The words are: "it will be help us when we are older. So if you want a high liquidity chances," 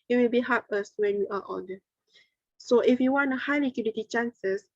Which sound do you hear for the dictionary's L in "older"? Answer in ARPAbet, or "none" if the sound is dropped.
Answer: N